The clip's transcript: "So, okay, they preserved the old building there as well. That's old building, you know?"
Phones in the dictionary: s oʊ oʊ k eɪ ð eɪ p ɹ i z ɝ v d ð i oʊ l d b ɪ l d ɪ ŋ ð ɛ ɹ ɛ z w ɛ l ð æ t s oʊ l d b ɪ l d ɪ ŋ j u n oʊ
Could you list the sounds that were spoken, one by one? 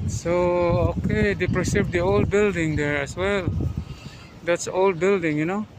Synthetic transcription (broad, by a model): s oʊ oʊ k eɪ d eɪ p ɹ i s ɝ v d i oʊ l d b ɪ l d ɪ ŋ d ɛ ɹ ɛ s w ɛ l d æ t s oʊ l d b ɪ l d ɪ ŋ j u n oʊ